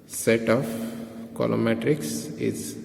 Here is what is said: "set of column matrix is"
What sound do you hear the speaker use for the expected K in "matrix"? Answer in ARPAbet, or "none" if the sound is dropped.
K